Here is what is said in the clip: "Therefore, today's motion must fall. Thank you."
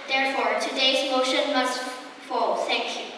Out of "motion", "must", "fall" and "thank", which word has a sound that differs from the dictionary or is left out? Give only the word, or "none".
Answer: thank